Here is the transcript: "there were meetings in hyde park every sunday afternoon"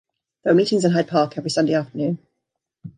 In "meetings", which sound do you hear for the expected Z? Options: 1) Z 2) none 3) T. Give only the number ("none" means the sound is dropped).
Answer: 1